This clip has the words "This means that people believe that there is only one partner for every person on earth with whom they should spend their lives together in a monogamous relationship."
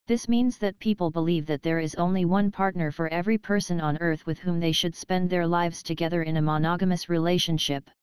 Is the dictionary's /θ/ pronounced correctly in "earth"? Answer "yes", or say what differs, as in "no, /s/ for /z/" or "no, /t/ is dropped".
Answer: yes